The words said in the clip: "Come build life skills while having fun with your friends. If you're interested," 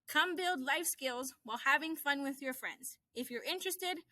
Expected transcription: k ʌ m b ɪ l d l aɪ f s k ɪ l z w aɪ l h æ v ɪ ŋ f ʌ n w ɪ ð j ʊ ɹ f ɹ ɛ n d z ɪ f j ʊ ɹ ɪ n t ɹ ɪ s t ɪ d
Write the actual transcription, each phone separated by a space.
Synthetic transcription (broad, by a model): k ʌ m b ɪ l d l aɪ f s k ɪ l z w aɪ l h æ v ɪ ŋ f ʌ n w ɪ ð j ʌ ɹ f ɹ ɛ n d z ɪ f j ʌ ɹ ɪ n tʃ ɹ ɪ s t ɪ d